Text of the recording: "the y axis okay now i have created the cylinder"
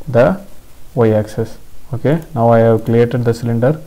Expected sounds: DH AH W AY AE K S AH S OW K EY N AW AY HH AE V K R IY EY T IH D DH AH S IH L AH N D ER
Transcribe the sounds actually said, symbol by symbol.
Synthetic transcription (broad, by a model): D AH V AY AE K S AH S OW K EY N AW AY HH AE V K L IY EY T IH D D AH S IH L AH N D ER